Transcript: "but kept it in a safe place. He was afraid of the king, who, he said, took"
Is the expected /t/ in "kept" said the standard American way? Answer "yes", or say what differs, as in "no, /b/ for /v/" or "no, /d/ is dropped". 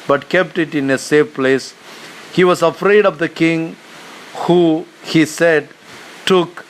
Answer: yes